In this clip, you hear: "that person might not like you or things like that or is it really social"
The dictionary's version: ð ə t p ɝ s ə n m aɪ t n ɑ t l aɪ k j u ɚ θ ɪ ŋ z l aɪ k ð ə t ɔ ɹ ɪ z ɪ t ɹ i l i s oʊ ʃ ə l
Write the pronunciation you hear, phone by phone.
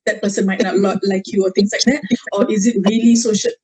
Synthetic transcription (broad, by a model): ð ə t p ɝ s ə n m aɪ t l ɑ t l aɪ k j u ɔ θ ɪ ŋ s l aɪ k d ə t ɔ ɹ ɪ z ɪ t ɹ i l i s oʊ ʃ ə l